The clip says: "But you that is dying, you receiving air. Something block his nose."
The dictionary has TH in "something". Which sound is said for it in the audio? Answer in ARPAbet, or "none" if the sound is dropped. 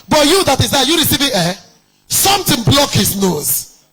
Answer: T